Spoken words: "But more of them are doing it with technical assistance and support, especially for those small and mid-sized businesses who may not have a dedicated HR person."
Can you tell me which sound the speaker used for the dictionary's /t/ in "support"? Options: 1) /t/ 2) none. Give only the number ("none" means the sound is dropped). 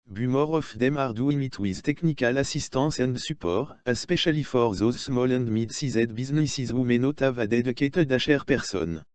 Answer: 2